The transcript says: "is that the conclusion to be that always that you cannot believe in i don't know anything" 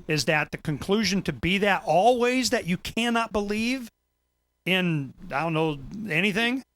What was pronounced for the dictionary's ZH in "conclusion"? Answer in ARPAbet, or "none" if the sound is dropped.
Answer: ZH